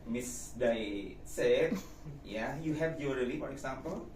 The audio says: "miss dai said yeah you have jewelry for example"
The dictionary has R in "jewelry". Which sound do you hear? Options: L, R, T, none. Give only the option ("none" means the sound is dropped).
none